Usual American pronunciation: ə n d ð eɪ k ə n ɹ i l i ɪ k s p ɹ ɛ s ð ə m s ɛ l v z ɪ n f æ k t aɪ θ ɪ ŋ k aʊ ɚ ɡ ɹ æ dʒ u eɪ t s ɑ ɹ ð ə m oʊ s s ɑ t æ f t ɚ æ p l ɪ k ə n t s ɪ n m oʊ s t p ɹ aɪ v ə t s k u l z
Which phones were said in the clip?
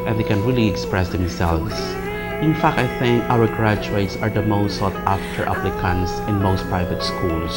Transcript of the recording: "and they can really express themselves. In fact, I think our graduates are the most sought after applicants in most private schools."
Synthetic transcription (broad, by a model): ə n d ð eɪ k ə n ɹ i l i ɪ k s p ɹ ɛ s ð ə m s ɛ l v s ɪ n f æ k t aɪ θ ɪ ŋ k aʊ ɚ ɡ ɹ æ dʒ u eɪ t s ɑ ɹ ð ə m oʊ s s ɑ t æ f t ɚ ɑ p l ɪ k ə n s ɪ n m oʊ s t p ɹ aɪ v ə t s k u l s